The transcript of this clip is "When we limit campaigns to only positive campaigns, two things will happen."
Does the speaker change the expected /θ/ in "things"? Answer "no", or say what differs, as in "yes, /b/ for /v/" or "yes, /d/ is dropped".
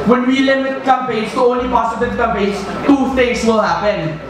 yes, /t/ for /θ/